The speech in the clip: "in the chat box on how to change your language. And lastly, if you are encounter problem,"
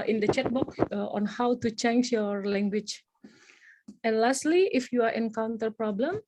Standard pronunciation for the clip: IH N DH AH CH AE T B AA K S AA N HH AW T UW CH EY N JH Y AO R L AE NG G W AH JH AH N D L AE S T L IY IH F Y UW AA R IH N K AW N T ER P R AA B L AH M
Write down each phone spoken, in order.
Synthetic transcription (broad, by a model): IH N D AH CH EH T B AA K AA N HH AW T UW CH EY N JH Y AO R L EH NG G W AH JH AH N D L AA S T L IY IH F Y UW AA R IH N K AW N T ER P R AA B L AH M